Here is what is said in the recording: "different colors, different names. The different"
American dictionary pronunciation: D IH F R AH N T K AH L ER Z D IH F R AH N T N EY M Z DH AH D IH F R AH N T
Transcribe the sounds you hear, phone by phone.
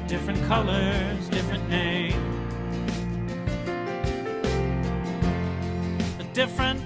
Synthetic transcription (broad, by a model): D IH F R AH N K AH L ER Z D IH F R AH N N EY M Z DH AH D IH F R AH N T